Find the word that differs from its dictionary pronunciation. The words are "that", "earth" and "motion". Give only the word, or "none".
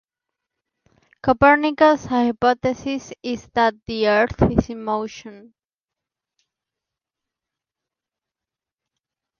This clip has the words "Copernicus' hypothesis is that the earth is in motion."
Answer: none